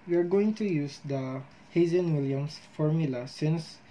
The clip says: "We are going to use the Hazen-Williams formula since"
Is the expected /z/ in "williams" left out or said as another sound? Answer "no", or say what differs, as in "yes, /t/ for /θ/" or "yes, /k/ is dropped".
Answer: yes, /s/ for /z/